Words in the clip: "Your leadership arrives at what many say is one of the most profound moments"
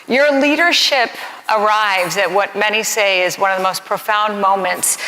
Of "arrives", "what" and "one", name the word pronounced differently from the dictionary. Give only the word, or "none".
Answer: none